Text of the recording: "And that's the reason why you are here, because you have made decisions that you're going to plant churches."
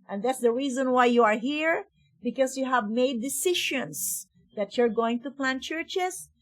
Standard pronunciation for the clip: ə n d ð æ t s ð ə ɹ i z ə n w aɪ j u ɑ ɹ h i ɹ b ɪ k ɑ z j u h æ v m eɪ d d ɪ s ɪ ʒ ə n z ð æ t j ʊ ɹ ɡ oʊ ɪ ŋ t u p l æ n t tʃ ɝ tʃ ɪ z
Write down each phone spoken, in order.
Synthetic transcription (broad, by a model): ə n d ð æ t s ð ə ɹ i z ə n w aɪ j u ɑ ɹ h i ɹ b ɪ k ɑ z j u h æ v m eɪ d d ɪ s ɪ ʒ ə n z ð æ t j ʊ ɹ ɡ oʊ ɪ ŋ t u p l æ n tʃ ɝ tʃ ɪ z